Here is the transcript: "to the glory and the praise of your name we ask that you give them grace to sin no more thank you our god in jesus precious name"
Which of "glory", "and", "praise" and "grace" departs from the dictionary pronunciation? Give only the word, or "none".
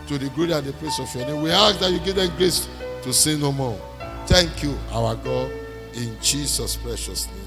praise